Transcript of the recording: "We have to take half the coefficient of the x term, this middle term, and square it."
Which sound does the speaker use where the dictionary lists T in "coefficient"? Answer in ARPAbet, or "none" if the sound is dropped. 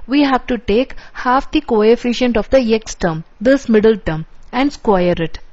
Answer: T